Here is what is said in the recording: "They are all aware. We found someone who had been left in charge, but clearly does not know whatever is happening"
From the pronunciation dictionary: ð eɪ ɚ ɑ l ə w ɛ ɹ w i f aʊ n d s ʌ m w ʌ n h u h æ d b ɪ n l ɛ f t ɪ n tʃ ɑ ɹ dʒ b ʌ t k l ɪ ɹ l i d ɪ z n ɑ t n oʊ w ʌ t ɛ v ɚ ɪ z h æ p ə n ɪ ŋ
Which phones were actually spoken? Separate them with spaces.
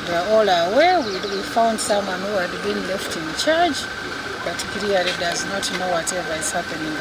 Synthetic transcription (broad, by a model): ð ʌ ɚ ɑ l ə w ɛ w w i f aʊ n d s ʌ m w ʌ n h u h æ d b ɪ n l ɛ f t ɪ n tʃ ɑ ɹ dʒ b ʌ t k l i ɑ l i d ɪ z n ɑ t n oʊ w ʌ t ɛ v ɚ ɪ z h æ p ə n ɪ ŋ